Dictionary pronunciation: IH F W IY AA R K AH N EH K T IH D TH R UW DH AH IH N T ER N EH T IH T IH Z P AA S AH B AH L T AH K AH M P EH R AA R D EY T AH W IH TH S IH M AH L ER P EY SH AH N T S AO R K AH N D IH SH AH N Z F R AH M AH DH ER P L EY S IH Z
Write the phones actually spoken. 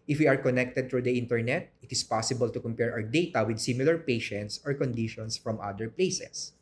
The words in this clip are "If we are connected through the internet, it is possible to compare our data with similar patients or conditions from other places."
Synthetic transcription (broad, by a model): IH F W IY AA R K AH N EH K T IH D T R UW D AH IH N T ER N EH T IH T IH S P AA S AH B AH L T AH K AH M P EH R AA W D EY T AH W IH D S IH M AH L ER P EY SH AH N T S AO R K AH N D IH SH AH N S F R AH M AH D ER P L EY S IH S